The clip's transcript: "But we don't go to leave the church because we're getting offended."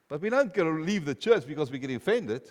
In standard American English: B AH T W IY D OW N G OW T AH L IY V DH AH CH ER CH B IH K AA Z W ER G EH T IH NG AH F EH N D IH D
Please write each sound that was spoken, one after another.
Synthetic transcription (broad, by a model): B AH T W IY D OW N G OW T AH L IY V DH AH CH ER CH B IH K AA Z W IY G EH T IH F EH N D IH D